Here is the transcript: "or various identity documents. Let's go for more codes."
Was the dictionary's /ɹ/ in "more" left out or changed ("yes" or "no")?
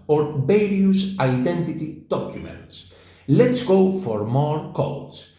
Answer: no